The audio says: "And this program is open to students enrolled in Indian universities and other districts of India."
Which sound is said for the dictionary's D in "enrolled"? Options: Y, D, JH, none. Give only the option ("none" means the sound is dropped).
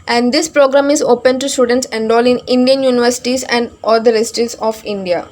none